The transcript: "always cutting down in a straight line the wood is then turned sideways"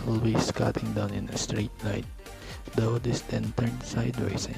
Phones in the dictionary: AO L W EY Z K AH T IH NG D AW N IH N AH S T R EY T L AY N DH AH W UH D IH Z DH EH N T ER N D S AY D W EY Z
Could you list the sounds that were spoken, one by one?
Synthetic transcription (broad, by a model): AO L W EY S K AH T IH NG D AW N IH N AH S T R EY T N AY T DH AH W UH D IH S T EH N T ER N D S AY D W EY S